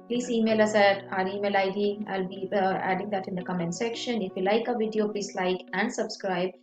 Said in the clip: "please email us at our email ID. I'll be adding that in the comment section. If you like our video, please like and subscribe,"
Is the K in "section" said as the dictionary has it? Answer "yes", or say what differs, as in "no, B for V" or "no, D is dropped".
yes